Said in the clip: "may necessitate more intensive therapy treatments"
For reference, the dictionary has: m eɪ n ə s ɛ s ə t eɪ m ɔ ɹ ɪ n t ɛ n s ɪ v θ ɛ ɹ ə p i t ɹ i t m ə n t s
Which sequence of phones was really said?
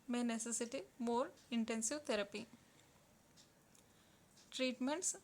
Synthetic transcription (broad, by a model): m eɪ n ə s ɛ s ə t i m ɔ ɹ ɪ n t ɛ n s ɪ v t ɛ ɹ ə p i t ɹ i t m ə n t s